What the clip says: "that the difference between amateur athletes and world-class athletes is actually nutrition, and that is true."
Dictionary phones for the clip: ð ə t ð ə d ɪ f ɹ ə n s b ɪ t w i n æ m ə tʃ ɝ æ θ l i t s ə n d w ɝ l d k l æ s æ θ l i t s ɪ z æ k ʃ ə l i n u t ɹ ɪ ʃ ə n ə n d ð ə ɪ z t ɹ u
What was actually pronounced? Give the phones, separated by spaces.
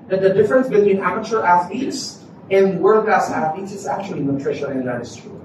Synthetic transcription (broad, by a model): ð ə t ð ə d ɪ f ɹ ə n s b ɪ t w i n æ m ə tʃ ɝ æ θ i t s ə n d w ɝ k æ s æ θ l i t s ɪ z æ k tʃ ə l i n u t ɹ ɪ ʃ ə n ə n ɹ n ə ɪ s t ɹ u